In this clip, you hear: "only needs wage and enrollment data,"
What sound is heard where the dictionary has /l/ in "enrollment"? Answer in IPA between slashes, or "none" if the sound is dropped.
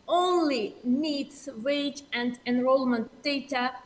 /l/